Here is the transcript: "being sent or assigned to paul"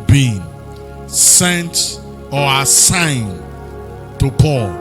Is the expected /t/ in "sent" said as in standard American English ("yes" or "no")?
yes